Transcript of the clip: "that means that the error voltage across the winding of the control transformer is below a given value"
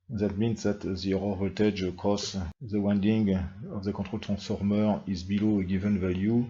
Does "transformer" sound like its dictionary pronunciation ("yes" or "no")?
no